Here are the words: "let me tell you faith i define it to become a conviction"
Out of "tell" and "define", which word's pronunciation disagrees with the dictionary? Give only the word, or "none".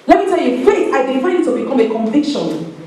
define